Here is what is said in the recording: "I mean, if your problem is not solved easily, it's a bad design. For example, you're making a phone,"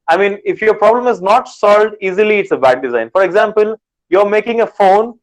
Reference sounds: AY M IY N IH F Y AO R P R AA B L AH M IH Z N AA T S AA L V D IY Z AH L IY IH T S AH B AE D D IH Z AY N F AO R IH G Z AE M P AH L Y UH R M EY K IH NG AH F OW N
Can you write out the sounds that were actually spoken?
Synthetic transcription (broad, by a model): AY M IY N IH F Y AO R P R AA B L AH M IH Z N AA T S AA L V D IY Z AH L IY IH T S AH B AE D D IH Z AY N F AO R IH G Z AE M P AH L Y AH R M EY K IH NG AH F OW N